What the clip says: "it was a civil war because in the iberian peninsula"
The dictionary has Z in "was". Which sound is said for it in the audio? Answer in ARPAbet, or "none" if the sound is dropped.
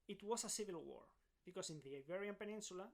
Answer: S